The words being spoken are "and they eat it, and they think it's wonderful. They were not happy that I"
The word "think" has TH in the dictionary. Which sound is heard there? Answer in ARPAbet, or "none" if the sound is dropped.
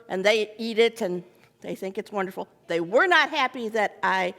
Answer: TH